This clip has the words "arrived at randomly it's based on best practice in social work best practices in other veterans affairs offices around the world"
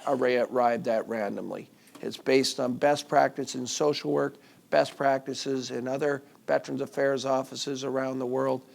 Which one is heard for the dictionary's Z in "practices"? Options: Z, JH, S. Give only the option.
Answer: Z